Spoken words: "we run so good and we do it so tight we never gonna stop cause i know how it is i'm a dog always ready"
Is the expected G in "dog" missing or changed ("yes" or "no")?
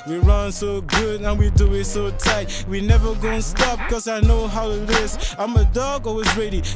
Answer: no